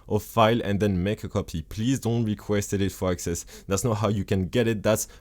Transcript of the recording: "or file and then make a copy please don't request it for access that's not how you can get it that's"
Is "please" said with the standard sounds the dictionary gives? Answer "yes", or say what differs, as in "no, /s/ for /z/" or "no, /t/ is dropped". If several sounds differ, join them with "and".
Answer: yes